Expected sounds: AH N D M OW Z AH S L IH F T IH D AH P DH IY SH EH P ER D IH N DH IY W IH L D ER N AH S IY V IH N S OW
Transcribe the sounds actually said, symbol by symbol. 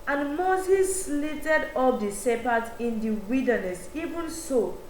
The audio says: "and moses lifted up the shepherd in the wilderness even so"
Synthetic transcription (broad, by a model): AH N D M OW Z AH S L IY T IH D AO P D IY S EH P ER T IH N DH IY W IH D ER N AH S IY V IH N S OW